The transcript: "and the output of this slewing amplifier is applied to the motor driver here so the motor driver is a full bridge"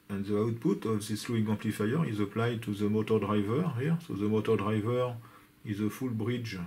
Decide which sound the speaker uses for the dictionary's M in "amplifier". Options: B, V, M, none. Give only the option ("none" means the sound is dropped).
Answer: none